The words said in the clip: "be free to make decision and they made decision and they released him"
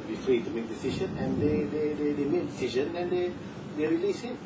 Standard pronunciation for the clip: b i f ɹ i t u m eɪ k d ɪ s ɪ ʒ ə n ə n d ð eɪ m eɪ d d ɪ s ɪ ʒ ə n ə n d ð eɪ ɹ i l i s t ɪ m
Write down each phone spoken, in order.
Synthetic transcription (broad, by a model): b i f ɹ i t u m eɪ k d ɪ s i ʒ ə n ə n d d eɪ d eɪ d d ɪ s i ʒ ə n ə n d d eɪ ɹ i l i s ɪ